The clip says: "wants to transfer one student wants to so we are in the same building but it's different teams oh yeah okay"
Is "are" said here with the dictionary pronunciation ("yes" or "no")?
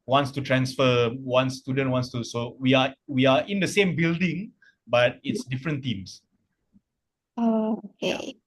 no